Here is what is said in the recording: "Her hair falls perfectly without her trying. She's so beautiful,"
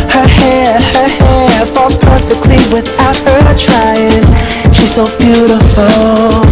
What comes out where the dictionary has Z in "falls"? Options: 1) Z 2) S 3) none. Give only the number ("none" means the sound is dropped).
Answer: 3